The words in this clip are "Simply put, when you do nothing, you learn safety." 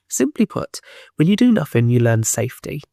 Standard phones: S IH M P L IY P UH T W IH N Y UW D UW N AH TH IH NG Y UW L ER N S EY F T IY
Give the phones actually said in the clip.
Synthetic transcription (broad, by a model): S IH M P L IY P UH T W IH L Y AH D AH N AH TH IH NG Y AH L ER N S EY F T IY